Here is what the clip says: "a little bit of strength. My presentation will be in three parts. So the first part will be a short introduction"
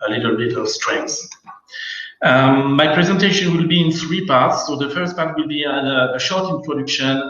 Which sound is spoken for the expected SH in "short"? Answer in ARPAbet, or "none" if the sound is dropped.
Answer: SH